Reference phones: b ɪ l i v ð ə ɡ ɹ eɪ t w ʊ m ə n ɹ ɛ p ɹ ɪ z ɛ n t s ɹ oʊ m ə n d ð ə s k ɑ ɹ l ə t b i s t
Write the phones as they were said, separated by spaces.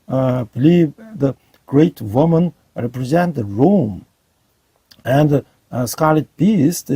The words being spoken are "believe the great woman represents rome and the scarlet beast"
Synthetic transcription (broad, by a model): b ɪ l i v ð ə ɡ ɹ eɪ t w ʊ m ə n ɹ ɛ p ɹ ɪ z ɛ n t ɹ oʊ m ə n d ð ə s k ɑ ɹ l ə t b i s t